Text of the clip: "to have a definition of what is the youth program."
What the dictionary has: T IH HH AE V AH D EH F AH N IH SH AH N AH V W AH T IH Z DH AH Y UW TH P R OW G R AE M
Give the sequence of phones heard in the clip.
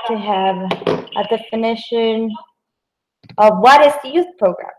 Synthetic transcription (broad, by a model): T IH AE V AH D EH F AH N IH SH AH N AH V W AH T IH Z DH AH Y UW TH P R OW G R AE M